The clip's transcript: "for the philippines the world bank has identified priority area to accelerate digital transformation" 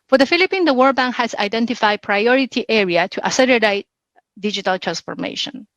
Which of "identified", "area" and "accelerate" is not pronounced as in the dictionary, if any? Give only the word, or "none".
accelerate